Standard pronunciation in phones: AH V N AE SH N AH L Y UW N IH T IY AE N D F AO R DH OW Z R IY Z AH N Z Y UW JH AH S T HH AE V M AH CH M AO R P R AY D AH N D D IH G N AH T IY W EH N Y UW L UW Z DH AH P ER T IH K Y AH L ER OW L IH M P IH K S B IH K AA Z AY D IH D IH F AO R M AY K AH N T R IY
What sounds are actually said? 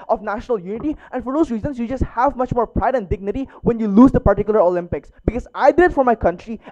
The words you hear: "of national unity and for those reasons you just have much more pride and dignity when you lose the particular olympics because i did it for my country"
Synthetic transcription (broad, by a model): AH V N AE SH N AH L Y UW N IH T IY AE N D F AO R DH OW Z R IY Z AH N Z Y UW JH AH S T HH AE V M AH CH M AO R P R AY D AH N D D IH G N AH T IY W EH N Y UW L UW Z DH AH P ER T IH K Y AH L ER OW L IH M P IH K S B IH K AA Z AY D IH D F AO R M AY K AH N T R IY